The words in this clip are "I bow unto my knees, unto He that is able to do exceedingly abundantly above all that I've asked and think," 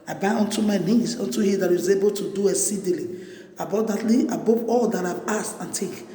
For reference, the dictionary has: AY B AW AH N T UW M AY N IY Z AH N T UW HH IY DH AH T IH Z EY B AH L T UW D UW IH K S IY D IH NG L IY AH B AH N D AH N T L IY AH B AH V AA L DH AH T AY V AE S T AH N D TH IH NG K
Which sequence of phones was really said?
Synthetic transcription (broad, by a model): AY B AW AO N T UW M AY N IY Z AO N T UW HH IY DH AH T IH Z EY B AH L T UW D UW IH S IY D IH L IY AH B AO D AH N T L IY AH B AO P AA L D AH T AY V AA S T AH N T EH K